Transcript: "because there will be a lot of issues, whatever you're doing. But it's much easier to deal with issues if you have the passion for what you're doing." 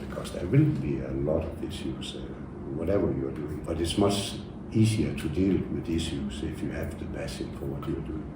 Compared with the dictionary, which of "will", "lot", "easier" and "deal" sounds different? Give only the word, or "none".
easier